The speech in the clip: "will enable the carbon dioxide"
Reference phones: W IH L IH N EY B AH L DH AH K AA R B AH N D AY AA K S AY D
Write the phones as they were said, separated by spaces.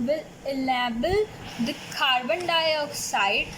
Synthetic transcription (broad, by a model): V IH L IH L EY B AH L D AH K AA R B AH N D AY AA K S AY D